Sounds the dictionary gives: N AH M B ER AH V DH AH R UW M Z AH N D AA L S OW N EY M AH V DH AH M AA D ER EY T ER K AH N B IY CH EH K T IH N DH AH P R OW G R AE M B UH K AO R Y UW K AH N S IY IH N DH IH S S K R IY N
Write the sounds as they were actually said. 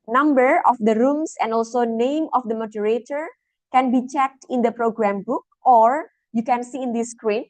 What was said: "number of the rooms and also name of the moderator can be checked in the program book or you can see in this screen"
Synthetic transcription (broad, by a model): N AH M B ER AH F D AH R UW M S AH N D AA L S OW N EY M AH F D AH M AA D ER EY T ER K AH N B IY CH EH K T IH N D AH P R OW G R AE M B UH K AO R Y UW K AH N S IY IH N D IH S S K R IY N